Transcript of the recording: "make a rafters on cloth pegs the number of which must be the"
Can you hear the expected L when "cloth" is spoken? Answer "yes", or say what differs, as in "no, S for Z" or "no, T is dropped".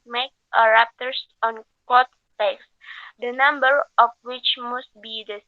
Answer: no, L is dropped